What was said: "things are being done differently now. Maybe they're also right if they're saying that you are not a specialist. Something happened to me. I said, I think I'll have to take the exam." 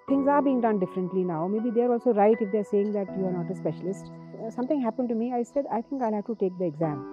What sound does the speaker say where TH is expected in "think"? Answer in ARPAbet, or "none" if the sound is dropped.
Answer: T